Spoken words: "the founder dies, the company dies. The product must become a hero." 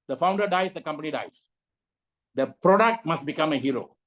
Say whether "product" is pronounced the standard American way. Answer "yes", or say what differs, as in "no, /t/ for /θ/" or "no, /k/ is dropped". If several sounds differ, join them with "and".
yes